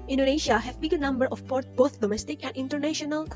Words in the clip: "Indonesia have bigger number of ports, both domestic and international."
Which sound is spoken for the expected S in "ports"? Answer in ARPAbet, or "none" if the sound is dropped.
none